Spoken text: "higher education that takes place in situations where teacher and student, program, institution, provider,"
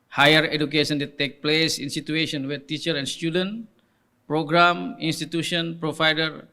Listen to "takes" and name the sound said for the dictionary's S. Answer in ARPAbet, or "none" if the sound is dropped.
none